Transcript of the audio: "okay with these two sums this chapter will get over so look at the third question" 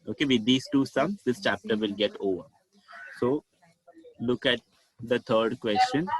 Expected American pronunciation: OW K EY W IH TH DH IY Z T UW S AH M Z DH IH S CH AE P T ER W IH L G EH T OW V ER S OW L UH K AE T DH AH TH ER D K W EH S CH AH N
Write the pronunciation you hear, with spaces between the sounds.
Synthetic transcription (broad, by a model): OW K EY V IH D IY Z T UW S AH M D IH S CH AE P T ER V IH L G EH T OW V ER S OW L UH K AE T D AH T ER D K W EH S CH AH N